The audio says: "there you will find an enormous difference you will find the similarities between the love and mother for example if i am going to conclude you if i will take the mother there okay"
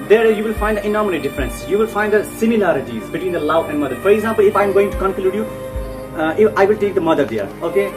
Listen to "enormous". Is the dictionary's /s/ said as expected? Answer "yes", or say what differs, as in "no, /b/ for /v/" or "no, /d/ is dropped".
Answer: no, /s/ is dropped